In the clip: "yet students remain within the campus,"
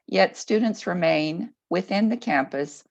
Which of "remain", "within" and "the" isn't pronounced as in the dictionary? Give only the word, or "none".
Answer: none